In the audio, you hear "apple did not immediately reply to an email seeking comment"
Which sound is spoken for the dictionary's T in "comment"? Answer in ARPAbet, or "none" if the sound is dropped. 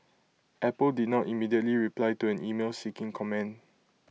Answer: none